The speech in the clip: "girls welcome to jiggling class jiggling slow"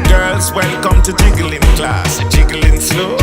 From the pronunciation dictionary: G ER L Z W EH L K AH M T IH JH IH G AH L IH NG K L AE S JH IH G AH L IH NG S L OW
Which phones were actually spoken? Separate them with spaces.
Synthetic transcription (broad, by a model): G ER L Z W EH N K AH M T IH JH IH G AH L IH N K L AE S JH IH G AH L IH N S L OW